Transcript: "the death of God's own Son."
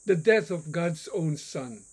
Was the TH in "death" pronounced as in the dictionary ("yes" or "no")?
yes